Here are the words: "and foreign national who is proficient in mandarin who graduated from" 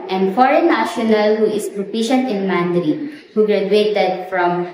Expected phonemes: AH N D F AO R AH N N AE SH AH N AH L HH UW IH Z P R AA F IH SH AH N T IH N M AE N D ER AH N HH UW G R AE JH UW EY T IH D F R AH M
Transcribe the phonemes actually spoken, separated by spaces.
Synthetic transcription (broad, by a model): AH N F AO R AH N N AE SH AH N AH L HH UW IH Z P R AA P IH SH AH N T IH N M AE N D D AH HH UW G R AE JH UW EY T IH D F R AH M